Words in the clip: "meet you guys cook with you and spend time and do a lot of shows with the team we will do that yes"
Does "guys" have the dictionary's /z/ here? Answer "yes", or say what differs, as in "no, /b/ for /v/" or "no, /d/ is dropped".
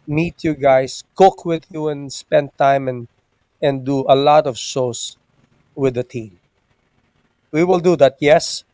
no, /s/ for /z/